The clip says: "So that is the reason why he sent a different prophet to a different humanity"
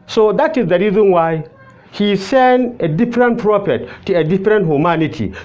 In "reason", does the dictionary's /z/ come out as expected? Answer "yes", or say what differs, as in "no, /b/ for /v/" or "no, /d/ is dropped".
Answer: yes